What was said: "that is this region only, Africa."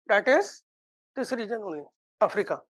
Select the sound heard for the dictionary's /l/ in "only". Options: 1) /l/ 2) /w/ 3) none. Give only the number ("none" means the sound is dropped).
3